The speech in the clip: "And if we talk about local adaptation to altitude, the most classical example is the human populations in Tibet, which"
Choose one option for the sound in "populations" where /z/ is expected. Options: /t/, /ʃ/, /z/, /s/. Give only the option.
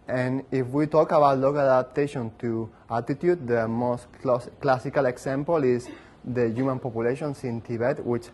/s/